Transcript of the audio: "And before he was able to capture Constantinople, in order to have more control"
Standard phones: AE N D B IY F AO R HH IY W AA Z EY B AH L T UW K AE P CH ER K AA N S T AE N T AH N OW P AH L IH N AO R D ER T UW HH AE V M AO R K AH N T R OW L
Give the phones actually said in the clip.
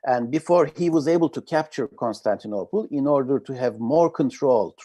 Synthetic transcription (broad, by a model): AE N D B IY F AO R HH IY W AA Z EY B AH L T UW K AE P CH ER K AA N S T AE N T AH N OW P AH L IH N AO R D ER T UW HH AE V M AO R K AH N T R OW L